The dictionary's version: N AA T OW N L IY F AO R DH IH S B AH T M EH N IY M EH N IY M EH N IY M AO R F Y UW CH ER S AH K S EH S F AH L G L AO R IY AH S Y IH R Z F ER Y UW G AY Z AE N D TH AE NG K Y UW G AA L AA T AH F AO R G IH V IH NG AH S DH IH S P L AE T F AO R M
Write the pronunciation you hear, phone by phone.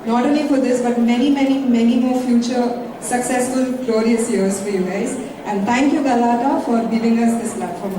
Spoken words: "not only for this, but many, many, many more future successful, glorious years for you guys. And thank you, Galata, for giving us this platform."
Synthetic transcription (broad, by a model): N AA T OW N L IY F AO R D IH S B AH T M EH N IY M EH N IY M EH N IY M AO R F Y UW CH ER S AH K S EH S F AH L G L AO R IY AH S Y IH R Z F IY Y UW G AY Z AE N D T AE NG K Y UW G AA L AA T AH F AO R G IH V IH NG AH S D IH S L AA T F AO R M